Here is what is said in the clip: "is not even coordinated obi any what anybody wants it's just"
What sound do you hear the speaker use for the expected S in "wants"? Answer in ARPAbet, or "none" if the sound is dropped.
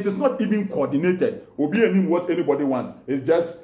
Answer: S